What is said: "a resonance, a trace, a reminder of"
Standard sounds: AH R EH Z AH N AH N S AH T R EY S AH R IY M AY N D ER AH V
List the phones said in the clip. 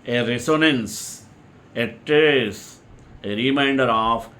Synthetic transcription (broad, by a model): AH R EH S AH N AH N S AH T EY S AH R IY M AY N D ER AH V